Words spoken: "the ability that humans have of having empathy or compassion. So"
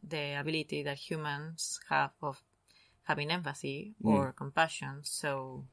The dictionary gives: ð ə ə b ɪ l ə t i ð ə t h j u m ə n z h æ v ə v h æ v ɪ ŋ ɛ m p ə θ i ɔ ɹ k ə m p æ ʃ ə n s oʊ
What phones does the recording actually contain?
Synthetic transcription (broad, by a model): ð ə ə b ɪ l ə t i ð ə t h j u m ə n s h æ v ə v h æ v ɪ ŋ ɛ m f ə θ i ɔ ɹ k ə m p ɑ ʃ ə n s oʊ